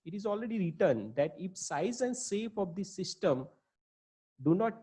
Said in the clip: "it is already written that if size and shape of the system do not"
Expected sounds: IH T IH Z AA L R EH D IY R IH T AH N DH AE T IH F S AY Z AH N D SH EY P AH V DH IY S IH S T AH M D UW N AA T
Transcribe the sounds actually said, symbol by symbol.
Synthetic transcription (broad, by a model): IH T IH Z AA L R EH D IY R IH T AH N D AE T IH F S AY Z AH N D S EY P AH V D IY S IH S T AH M D UW N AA T